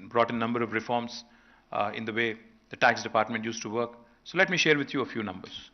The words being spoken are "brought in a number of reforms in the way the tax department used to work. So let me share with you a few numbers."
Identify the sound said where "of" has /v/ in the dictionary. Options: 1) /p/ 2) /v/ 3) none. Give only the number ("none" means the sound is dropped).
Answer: 2